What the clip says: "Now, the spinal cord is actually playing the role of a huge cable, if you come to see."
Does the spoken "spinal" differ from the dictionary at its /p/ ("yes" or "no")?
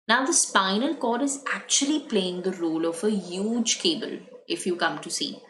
no